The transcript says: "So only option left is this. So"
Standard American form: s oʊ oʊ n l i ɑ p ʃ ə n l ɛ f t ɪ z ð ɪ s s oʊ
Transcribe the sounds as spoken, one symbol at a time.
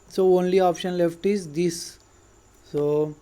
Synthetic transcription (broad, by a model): s oʊ oʊ n l i ɑ p ʃ ə n l ɛ f t ɪ z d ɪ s s oʊ